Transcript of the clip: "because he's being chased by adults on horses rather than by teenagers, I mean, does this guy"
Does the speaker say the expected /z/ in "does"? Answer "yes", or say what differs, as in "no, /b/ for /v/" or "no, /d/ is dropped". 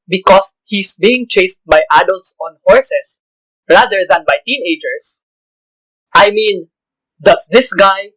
no, /s/ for /z/